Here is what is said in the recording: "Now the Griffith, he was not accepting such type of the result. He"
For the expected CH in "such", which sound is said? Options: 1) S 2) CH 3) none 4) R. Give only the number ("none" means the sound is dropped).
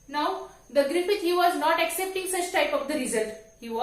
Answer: 2